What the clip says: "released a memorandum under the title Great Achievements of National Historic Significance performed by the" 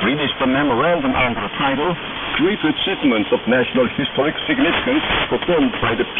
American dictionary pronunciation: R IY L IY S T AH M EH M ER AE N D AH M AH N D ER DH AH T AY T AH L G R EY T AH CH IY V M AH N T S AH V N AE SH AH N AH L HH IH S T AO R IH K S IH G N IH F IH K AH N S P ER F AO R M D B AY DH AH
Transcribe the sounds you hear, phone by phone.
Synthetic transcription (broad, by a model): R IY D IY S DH AH M EH M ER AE N D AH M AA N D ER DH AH T AY T AH L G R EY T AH S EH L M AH N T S AH V N AE SH AH N AH L HH IH S T AO R IH K S IH G N IH F IH K AH N S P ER F AO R M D B AY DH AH